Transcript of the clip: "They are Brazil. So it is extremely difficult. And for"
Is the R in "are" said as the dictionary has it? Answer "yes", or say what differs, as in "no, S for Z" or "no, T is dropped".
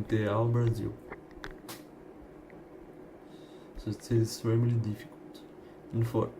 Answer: no, L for R